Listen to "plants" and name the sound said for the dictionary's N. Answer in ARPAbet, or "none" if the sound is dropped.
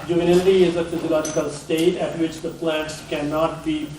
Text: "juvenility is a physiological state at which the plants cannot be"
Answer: none